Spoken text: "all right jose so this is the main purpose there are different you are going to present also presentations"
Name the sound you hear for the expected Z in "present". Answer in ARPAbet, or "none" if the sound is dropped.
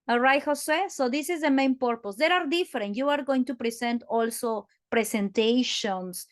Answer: S